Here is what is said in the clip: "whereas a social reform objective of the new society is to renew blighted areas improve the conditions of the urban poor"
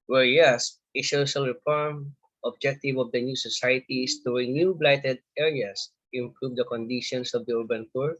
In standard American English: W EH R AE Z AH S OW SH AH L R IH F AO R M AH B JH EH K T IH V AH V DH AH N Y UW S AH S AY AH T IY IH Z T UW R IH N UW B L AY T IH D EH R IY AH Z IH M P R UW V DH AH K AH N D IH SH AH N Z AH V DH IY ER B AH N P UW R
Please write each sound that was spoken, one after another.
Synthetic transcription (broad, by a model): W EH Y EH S AH SH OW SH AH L R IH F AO R M AH B JH EH K T IH V AH V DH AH N Y UW S AH S AY AH T IY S T UW R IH N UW B L AY T IH D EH R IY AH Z IH M P R UW V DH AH K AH N D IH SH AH N S AH V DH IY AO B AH N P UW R